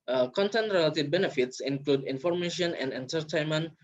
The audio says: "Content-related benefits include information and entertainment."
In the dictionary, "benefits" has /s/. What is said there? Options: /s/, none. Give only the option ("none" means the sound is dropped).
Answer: /s/